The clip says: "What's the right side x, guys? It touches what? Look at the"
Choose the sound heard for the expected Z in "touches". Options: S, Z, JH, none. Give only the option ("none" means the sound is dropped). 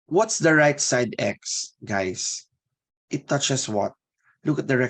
S